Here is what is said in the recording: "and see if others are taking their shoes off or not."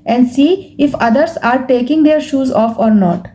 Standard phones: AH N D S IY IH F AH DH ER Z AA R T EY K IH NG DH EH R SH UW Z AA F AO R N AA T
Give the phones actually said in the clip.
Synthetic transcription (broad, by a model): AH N D S IY IH F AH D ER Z AA R T EY K IH NG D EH R SH UW Z AA F AO R N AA T